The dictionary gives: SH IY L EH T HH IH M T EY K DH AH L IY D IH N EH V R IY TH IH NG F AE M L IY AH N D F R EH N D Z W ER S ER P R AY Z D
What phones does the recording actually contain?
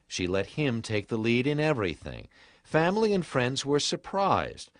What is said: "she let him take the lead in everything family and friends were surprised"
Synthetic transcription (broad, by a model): SH IY L EH T HH IH M T EY K DH AH L IY D IH N EH V R IY TH IH NG F AE M L IY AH N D F R EH N D Z W ER S ER P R AY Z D